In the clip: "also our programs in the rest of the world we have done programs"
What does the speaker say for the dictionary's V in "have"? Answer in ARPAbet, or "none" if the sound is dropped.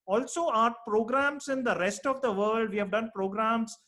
V